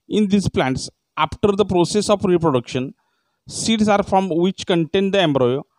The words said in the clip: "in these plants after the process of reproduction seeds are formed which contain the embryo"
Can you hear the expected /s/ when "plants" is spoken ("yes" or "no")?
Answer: yes